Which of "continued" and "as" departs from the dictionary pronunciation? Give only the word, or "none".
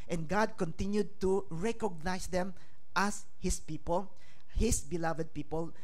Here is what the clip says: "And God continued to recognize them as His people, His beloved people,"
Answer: as